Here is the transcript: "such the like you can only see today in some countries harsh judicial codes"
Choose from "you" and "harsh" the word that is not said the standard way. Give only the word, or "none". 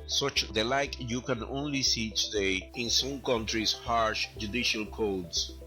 none